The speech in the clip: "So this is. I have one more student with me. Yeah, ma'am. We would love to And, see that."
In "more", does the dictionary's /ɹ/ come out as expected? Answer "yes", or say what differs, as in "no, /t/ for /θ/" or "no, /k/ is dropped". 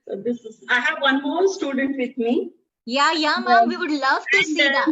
no, /l/ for /ɹ/